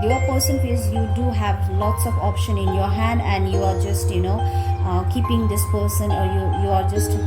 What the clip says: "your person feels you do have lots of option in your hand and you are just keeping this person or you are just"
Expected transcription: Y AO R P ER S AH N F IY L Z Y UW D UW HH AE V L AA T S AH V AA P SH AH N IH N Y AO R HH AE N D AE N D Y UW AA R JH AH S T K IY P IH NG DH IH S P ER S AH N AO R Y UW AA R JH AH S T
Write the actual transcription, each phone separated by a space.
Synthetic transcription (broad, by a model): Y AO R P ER S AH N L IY Z Y UW D UW HH AE V L AA T S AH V AA P SH AH N IH N Y AO R HH AE N D AE N D Y UW AA R JH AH S T K IY P IH NG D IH S P ER S AH N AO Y Y UW AA R JH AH S T